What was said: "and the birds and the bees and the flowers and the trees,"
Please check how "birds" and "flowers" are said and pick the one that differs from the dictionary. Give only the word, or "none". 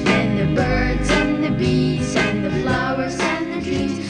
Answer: none